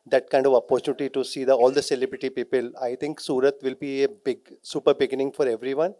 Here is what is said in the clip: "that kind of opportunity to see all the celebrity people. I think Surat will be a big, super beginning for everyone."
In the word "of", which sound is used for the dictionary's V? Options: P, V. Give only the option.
V